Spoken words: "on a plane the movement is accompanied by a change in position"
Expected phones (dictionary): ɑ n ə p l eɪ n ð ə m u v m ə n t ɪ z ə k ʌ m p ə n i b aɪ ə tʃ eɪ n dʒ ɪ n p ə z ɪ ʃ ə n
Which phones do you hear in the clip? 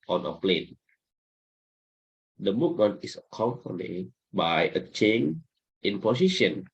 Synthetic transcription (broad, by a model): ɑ n ə p l eɪ n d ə m u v m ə n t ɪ s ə k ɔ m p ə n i b aɪ ə tʃ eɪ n ɪ n p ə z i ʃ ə n